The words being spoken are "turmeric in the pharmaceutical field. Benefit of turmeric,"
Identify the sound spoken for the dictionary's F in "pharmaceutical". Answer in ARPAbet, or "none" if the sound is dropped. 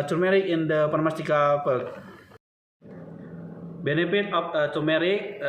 P